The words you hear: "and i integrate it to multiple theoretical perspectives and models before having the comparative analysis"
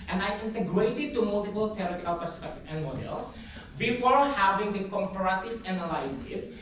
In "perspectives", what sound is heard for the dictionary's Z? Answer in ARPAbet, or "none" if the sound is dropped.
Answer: none